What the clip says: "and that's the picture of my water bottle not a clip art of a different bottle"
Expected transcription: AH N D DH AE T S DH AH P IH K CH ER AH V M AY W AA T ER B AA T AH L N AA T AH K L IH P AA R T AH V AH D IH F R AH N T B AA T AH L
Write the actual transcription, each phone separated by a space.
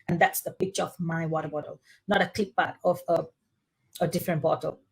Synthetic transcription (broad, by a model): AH N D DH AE T S DH AH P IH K CH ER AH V M AY W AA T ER B AA T AH L N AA T AH K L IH B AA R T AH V AH D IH F R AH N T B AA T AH L